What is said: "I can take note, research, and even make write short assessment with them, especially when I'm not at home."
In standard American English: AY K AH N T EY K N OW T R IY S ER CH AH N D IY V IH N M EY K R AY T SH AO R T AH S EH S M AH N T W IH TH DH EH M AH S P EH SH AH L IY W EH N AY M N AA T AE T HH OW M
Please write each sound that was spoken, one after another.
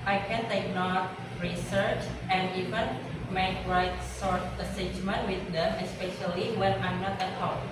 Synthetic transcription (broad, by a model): AY K AH N T EY K N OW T R IY S ER CH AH N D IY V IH N M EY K R AY T S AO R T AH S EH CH M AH N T W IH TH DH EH M AH S P EH SH AH L IY W EH N AY M N AA T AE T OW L